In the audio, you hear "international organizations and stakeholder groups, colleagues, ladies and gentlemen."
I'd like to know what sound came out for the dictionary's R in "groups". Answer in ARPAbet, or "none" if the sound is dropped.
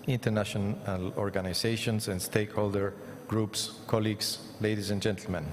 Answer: R